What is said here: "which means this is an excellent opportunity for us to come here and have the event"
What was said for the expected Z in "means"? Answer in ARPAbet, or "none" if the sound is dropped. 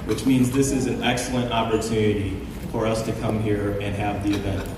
Z